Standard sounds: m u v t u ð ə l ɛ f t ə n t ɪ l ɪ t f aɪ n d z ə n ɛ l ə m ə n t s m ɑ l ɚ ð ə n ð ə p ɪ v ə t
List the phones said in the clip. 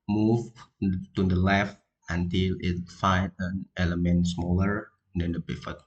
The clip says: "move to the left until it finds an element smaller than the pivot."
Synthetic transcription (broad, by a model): m u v t u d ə l ɛ f t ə n t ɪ l ɪ t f aɪ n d ə n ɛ l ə m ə n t s m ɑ l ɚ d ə n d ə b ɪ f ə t